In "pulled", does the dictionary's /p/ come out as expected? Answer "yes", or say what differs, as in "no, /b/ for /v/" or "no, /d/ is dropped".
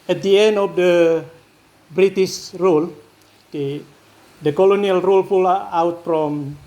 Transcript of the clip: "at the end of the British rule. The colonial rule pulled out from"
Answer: no, /f/ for /p/